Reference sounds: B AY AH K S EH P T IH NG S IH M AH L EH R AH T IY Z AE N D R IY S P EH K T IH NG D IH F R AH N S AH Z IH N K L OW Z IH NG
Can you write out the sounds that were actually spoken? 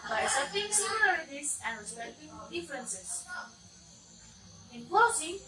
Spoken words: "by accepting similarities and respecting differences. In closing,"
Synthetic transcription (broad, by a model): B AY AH S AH T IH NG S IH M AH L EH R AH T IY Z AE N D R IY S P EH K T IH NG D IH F R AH N S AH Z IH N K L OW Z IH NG